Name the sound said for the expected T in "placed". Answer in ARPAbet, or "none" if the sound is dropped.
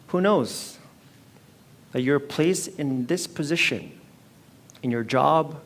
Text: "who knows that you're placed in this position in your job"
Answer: none